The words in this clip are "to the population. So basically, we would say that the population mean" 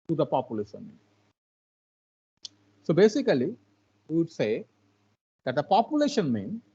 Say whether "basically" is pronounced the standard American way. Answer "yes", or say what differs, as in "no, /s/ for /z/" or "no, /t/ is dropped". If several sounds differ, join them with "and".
no, /l/ is dropped